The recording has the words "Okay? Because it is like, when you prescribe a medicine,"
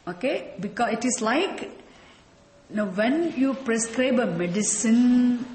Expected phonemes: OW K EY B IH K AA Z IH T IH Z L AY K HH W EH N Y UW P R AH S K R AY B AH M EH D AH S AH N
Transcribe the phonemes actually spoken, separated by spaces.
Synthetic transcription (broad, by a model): OW K EY B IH K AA IH T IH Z L AY K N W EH N Y UW P R AH S K R AY B AH M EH D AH S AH N